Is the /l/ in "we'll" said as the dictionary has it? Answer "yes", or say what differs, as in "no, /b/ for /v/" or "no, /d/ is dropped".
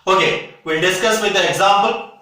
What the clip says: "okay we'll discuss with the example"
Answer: no, /n/ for /l/